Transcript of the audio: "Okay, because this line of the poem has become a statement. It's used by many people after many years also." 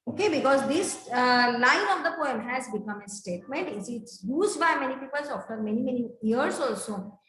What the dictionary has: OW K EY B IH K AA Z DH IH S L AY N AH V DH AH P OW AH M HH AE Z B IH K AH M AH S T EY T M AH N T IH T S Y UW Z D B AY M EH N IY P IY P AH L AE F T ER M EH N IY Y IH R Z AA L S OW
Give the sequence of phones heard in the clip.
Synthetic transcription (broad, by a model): OW K EY B IH K AA Z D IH S L AY N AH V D AH P OW AH M HH AE Z B IH K AH M AH S T EY T M AH N T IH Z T Y UW Z D B AY M EH N IY P IY P AH L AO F T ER M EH N IY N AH R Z AA L S OW